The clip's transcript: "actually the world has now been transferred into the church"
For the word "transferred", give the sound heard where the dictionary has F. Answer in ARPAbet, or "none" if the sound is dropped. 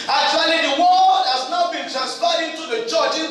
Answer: P